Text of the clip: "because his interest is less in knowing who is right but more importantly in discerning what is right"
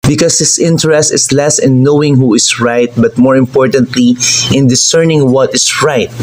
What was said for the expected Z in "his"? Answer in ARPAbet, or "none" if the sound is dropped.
S